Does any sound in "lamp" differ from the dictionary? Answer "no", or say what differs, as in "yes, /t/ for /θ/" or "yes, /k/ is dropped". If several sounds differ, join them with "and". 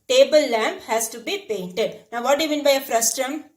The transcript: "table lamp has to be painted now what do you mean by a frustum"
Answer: no